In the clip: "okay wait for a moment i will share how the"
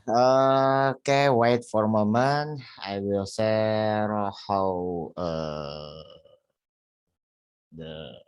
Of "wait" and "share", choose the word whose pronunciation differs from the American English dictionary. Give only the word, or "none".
share